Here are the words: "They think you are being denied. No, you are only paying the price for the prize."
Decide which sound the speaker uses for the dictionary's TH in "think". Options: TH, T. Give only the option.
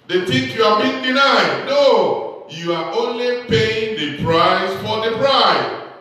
T